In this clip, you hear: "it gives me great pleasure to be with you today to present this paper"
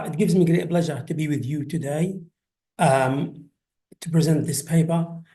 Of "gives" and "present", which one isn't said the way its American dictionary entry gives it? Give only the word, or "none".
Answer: none